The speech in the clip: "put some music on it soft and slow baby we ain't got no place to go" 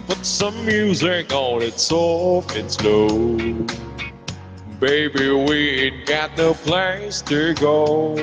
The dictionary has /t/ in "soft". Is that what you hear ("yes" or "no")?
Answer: no